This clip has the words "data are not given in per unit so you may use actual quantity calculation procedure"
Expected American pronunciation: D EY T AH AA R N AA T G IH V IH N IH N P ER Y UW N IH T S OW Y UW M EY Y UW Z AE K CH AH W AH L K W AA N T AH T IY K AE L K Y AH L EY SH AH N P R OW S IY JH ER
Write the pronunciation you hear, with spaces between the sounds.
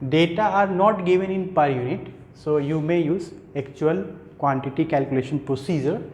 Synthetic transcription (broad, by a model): D EY T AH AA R N AA T G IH V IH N IH N P ER Y UW N IH T S OW Y UW M EY Y UW Z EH K CH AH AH L K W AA N T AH T IY K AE L K Y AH L EY SH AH N P R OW S IY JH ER